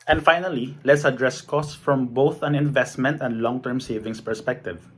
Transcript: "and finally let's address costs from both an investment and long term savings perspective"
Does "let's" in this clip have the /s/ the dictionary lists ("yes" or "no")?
yes